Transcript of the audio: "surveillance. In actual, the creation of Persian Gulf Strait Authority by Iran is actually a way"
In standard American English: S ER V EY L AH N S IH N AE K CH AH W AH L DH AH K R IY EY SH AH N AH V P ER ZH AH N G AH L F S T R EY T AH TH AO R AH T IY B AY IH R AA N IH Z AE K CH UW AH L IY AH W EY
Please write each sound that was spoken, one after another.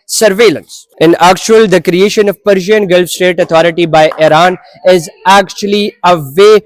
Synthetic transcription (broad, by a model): S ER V EY L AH N S IH N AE K CH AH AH L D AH K R IY EY SH AH N AH V P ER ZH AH N G AH L F S T EY T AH T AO R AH T IY B AY IH R AA N IH Z AE K CH UW AH L IY AH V EY